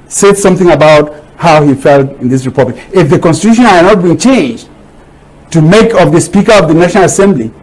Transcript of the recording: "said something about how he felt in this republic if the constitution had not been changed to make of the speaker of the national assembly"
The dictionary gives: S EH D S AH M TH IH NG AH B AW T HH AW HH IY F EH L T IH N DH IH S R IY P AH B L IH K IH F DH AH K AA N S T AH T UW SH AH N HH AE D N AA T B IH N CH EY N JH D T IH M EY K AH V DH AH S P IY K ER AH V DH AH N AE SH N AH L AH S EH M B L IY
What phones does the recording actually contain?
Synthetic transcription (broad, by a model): S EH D S AH M TH IH NG AH B AW T HH AW HH IY F EH L T IH N DH IH S R IY P AH B L IH K IH F DH AH K AA N S T AH T UW SH AH N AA N AA T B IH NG CH EY N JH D T IH M EY K AH V DH AH S P IY K ER AH V DH AH N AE SH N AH L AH S EH M B L IY